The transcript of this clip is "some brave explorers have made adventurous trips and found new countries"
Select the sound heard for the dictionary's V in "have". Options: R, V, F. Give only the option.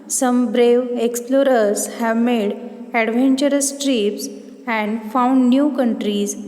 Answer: V